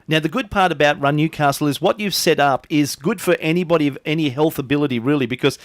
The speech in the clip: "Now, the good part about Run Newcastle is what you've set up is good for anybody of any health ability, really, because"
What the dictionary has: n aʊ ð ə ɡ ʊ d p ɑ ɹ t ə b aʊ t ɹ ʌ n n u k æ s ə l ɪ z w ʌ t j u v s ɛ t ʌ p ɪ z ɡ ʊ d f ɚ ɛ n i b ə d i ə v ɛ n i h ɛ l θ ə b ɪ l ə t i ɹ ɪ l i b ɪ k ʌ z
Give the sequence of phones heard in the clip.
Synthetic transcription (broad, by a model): n aʊ ð ə ɡ ʊ d p ɑ ɹ t ə b aʊ t ɹ ʌ n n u k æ s l ɪ z w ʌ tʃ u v s ɛ t ʌ p ɪ z ɡ ʊ d f ɚ ɛ n i b ə d i ə v ɛ n i h ɛ l θ ə b ɪ l ə t i ɹ ɪ l i b ɪ k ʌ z